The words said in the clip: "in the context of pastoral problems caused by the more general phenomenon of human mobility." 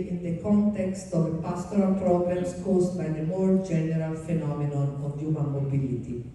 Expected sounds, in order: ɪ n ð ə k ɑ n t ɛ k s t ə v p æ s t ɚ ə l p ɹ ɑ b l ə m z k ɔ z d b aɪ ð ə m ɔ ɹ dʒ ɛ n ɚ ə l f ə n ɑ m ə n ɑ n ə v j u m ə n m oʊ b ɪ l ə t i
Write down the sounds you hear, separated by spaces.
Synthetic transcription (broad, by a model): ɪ n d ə k ɑ n t ɛ k s t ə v p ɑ s t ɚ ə l p ɹ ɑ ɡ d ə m s k ɔ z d b aɪ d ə m ɔ ɹ dʒ ɛ n ɚ ə l f ə n ɑ m ə n ɑ n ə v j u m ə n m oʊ b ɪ l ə t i